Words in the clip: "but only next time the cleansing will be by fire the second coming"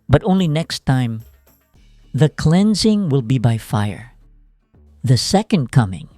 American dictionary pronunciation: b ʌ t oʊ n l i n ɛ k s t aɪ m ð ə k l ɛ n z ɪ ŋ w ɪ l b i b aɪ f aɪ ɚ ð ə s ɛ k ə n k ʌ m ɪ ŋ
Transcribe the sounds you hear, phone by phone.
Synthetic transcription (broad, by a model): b ʌ t oʊ n l i n ɛ k s t aɪ m ð ə k l ɛ n z ɪ ŋ w ɪ l b i b aɪ f aɪ ɚ ð ə s ɛ k ə n k ʌ m ɪ ŋ